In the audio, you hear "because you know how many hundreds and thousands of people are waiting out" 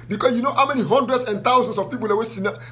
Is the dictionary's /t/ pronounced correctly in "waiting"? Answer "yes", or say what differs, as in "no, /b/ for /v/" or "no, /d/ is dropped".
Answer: no, /s/ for /t/